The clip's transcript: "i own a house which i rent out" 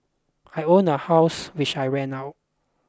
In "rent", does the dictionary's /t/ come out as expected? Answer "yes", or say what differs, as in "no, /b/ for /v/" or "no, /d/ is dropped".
no, /t/ is dropped